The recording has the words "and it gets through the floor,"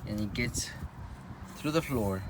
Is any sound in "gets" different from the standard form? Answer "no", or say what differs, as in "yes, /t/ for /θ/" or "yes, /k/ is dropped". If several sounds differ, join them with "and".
no